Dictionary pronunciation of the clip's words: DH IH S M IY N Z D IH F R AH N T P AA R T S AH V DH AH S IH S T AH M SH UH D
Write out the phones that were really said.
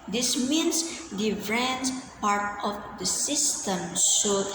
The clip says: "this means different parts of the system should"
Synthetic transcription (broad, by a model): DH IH S M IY N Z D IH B R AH N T P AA R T AH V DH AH S IH S T AH M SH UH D